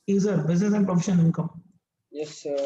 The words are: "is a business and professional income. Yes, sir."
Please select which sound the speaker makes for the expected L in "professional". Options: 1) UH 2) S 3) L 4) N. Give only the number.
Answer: 4